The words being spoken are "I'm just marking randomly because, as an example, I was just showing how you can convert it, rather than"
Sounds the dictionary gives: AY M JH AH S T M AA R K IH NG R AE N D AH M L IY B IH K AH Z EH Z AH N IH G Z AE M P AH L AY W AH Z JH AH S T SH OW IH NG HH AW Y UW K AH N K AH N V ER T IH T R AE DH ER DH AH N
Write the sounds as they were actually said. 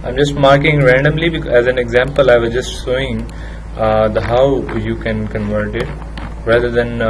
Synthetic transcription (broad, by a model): AY M JH AH S T M AA R K IH NG R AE N D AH M L IY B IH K EH Z AH N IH G Z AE M P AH L AY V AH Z JH AH S T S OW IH NG HH AW Y UW K AH N K AH N V ER T IH T R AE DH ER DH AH N